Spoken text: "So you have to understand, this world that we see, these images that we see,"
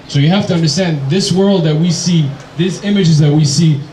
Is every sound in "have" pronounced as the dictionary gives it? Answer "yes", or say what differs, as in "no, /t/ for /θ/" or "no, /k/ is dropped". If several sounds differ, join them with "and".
no, /f/ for /v/